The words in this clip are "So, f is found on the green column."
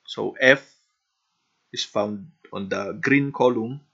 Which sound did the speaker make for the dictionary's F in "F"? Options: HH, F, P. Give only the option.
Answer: F